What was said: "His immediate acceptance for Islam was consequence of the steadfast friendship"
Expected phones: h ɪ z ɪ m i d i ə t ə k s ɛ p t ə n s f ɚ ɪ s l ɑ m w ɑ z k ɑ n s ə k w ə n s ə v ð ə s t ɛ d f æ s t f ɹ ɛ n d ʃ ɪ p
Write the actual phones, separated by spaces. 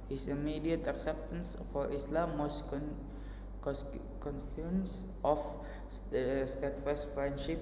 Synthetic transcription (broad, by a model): h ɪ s ɪ m i d i ə t ə k s ɛ p t ə n s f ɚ ɪ s l ɑ m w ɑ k k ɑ n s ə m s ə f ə s t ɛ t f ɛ s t f ɹ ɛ n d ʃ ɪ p